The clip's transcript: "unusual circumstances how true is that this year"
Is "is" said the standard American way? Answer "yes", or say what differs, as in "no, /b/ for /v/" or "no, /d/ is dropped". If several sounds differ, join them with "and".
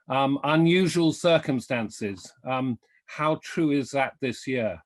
yes